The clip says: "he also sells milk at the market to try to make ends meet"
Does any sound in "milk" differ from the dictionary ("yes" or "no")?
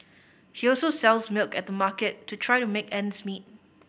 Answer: no